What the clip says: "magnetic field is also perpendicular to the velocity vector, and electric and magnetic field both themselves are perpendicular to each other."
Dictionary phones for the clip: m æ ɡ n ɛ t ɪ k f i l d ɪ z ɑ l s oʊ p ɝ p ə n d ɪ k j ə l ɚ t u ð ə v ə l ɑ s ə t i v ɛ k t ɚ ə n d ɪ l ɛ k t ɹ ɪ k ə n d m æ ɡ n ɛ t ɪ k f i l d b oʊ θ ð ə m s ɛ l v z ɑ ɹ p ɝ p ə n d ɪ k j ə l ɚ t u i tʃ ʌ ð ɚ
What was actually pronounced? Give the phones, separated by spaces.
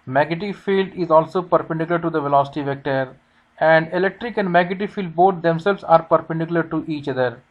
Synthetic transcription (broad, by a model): m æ ɡ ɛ t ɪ f i l d ɪ z ɑ l s oʊ p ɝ p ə n d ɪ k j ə l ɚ t u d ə v ə l ɑ s ə t i v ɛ k t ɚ ə n d ɪ l ɛ k t ɹ ɪ k ə n d m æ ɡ ɛ t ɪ f i l d b oʊ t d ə m s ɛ l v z ɑ ɹ p ɝ p ə n d ɪ k j ə l ɚ t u i tʃ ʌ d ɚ